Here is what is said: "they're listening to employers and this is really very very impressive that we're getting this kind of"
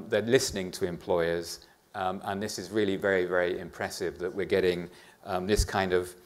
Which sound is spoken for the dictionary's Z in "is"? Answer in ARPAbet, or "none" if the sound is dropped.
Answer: Z